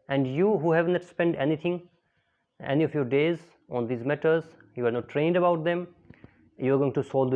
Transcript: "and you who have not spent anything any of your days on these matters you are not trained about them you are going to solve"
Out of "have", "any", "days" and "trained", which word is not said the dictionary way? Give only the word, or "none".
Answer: none